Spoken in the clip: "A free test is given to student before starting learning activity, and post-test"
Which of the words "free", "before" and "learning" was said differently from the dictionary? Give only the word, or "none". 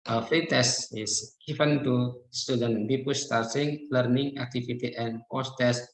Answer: before